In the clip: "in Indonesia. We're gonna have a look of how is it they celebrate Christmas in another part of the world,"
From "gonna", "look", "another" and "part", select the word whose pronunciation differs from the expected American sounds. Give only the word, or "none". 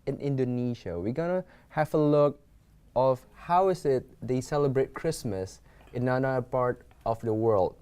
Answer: another